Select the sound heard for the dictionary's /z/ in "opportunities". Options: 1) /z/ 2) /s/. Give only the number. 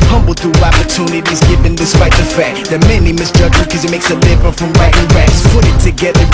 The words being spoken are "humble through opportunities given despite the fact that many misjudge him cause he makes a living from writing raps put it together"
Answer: 1